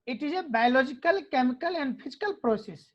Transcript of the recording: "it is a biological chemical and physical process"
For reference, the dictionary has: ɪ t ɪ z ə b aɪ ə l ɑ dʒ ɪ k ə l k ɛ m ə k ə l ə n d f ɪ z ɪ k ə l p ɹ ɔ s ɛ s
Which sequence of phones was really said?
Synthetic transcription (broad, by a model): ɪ t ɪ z ə b aɪ ə l ɑ dʒ ɪ k ə l k ɛ m ə k ə l ə n d p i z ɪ k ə l p ɹ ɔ s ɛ s